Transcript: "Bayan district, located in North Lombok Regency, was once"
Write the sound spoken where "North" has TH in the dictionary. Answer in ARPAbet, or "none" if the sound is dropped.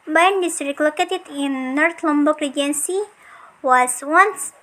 T